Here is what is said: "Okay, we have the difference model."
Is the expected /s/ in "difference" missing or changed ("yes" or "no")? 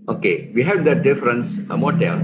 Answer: no